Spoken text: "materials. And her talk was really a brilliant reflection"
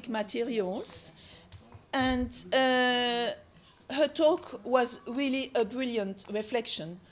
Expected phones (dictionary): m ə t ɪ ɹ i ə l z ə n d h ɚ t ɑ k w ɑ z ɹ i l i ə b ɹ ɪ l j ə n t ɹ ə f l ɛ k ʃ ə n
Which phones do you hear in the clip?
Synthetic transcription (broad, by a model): m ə t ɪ ɹ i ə l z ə n d h ɚ t ɑ k w ɑ z ɹ i l i ə b ɹ ɪ l j ə n t ɹ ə f l ɛ k ʃ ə n